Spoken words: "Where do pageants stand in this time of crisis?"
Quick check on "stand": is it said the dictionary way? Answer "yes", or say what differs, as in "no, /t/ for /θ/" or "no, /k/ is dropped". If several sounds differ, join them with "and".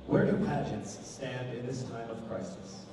yes